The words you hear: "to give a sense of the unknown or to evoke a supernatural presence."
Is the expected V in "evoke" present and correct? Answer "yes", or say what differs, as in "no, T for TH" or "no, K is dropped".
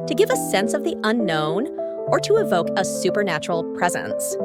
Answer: yes